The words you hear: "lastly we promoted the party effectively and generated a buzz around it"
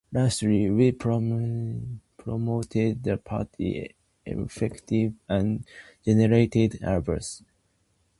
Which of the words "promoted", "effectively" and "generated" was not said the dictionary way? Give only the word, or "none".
effectively